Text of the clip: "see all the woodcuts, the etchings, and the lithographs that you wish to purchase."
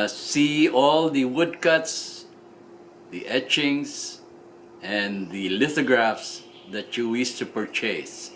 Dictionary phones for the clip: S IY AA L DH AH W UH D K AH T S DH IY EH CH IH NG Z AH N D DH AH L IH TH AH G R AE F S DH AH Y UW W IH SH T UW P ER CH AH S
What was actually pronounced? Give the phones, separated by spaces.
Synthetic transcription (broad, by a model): S IY AA L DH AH W UH D K AH T S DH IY EH CH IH NG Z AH N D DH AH L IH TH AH G R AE F S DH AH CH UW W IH S T UW P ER CH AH S